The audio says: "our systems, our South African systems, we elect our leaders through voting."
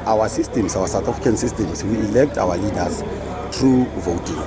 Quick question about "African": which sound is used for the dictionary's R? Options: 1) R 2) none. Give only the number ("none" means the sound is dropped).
2